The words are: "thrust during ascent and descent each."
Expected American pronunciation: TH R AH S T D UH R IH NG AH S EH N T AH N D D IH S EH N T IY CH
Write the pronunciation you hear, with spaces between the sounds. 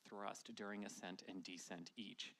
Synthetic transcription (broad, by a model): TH R AH S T D UH R IH NG AH S EH N T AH N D D IH S EH N T IY CH